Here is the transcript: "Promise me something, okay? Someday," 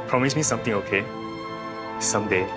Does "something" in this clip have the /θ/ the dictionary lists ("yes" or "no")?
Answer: no